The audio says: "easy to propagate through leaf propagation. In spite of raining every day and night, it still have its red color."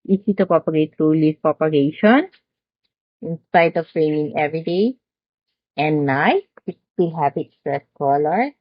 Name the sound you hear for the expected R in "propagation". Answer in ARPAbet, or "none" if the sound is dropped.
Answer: none